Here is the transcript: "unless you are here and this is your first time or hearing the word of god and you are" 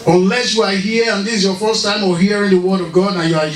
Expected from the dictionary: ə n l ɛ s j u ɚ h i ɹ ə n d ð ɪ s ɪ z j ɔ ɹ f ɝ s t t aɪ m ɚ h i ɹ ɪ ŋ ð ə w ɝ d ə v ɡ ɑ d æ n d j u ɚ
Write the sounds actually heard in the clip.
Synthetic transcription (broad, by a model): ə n l ɛ s j u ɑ h i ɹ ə n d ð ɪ s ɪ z j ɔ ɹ f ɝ s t t aɪ m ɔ h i ɹ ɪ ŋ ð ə w ɝ d ə v ɡ ɑ d n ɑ j u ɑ